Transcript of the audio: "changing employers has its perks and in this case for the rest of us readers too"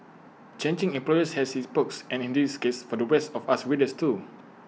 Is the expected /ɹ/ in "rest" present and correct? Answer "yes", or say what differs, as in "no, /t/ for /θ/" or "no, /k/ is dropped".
no, /w/ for /ɹ/